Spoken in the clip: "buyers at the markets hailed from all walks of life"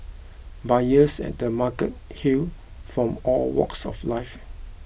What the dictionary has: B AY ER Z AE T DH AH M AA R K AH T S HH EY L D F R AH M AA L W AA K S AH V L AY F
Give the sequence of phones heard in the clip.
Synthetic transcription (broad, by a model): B AY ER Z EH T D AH M AA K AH T HH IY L F R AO M AA L W AA K S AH F L AY F